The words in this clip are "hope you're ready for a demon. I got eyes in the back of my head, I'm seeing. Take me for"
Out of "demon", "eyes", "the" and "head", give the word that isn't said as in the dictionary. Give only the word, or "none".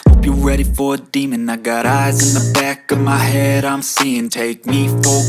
none